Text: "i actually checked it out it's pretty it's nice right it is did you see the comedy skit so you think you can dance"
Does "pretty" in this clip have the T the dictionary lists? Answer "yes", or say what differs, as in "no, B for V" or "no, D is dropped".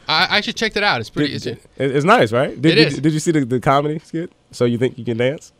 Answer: no, S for T